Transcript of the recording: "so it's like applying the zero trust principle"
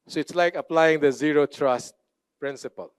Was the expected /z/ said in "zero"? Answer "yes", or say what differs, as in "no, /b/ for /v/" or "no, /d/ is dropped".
yes